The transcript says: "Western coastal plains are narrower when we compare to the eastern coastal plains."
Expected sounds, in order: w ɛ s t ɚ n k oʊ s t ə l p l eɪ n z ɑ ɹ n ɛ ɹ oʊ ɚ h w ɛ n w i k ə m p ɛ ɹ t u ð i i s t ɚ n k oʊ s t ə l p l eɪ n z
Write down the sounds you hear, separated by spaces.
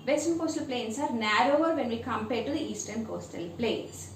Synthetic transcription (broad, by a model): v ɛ s t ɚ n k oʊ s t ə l p l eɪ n s ɑ ɹ n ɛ ɹ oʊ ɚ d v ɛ n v i k ə m p ɛ ɹ t u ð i i s t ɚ n k oʊ s t ə l p l eɪ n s